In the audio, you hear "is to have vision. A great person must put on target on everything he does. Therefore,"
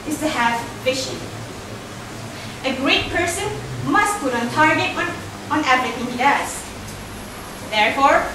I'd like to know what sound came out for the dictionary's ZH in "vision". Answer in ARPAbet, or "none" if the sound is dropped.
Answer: SH